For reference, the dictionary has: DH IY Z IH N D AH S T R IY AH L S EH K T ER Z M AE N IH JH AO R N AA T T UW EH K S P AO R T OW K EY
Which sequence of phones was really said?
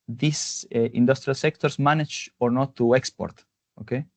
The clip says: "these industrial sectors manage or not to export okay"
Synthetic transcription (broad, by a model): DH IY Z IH N D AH S T R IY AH L S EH K T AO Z M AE N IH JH AO R N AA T T UW EH K S P AO R T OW K EY